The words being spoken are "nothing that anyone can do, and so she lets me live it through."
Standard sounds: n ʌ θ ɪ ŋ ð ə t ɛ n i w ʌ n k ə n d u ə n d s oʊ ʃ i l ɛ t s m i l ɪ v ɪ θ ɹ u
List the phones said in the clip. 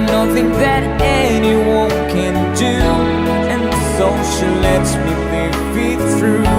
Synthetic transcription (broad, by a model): n ʌ θ ɪ ŋ ð ə t ɛ n i w ʌ n k ə n d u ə n s oʊ ʃ i l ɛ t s m i w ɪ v ɪ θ ɹ u